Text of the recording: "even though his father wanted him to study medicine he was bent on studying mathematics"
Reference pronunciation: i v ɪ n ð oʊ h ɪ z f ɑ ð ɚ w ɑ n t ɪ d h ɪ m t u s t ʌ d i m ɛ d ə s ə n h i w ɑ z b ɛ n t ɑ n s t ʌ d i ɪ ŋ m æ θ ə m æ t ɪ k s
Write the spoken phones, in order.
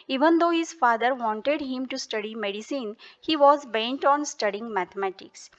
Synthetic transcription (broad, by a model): i v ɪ n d oʊ h ɪ z f ɑ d ɚ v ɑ n t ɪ d h ɪ m t u s t ʌ d i m ɛ d ə s ə n h i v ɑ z b ɛ n t ɑ n s t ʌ d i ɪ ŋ m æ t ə m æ t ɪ k s